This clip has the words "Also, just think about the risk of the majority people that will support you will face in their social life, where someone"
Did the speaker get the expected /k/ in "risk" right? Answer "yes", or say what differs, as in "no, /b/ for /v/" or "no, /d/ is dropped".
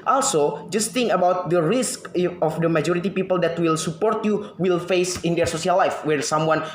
yes